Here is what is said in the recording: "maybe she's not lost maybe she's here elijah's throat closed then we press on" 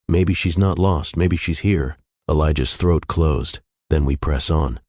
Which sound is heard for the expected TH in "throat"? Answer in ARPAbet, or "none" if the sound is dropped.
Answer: TH